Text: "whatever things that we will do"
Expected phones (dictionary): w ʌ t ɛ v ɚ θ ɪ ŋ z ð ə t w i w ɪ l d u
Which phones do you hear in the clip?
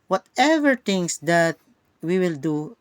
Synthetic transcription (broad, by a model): w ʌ t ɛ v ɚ t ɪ ŋ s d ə t w i w ɪ l d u